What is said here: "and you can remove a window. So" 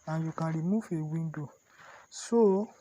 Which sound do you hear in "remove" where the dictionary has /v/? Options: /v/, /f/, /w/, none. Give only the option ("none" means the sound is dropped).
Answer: /f/